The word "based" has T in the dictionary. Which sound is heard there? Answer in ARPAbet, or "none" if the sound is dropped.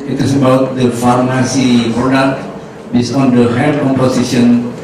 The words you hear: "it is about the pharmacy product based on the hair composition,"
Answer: none